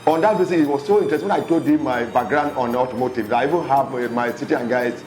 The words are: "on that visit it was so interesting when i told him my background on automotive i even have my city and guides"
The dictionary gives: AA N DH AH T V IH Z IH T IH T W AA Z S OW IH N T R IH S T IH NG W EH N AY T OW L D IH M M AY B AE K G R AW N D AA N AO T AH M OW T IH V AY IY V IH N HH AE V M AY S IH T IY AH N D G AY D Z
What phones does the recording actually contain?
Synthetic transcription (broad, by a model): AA N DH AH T B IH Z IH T IH T W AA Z S OW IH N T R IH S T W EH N AY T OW D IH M M AY B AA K G R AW N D AA N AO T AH M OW T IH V AY IY V IH N HH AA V M AY S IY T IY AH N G AY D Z